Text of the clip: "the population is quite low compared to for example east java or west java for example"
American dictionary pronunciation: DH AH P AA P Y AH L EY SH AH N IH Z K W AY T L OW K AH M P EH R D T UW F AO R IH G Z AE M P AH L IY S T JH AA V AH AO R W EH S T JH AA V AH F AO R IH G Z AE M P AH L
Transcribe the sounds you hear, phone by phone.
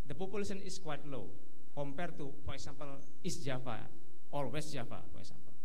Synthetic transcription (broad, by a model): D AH P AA P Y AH L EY S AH N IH S K W AY T L OW K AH M P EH R T UW F AO R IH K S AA M P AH L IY S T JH AA F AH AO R W EH S T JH AA F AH F AO R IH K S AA M P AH L